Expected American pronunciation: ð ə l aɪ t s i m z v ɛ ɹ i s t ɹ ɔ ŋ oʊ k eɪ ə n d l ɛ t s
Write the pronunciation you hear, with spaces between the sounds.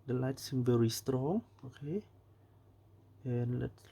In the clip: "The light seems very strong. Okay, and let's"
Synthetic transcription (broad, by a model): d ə l aɪ t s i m v ɛ ɹ i s t ɹ ɔ ŋ oʊ k eɪ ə n l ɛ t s